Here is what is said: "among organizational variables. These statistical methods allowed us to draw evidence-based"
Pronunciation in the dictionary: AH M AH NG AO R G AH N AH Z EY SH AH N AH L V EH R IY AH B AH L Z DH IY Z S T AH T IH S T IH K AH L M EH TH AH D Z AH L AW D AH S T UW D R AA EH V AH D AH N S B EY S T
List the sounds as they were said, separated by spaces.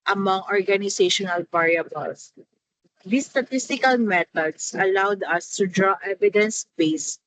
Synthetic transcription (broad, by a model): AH M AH NG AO R G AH N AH S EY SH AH N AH L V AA R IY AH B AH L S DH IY S T AH T IH S T IH K AH L M EH T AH D S AH L AW D AH S T UW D R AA EH V AH D AH N S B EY S